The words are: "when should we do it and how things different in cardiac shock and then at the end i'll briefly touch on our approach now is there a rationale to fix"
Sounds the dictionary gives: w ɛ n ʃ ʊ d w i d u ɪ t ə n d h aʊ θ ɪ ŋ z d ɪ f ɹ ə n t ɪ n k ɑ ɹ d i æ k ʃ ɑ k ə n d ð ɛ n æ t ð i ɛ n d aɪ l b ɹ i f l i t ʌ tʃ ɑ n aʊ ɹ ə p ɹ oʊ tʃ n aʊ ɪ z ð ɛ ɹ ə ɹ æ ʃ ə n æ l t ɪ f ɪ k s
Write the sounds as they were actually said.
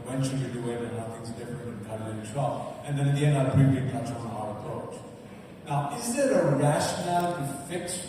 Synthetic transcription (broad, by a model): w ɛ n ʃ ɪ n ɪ d u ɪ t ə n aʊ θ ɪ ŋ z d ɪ f ɹ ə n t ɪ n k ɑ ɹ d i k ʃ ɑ ə n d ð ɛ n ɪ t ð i ɛ n d aɪ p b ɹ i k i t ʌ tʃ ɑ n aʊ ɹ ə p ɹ oʊ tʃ n aʊ ɪ z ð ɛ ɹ ə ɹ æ ʃ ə n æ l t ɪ f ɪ k s